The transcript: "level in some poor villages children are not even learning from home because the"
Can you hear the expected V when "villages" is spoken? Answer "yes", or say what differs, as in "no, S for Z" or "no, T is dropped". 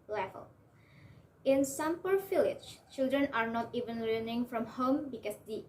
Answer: no, F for V